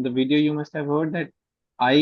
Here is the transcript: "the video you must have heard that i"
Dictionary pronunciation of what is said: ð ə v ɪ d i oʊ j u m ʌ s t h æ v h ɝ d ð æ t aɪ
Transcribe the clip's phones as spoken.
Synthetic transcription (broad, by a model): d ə v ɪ d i oʊ j u m ʌ s t h æ v h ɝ d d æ t aɪ